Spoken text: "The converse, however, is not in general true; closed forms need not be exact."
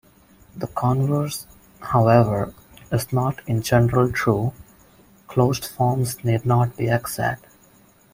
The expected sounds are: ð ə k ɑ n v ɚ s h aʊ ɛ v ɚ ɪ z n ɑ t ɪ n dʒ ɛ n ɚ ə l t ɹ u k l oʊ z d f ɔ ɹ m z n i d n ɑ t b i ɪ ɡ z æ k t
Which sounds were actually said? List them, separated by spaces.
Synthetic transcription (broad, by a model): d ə k ɑ n v ɚ s h aʊ ɛ v ɚ ɪ z n ɑ t ɪ n dʒ ɛ n ɚ ə l t ɹ u k l oʊ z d f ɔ ɹ m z n i d n ɑ t b i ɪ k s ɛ t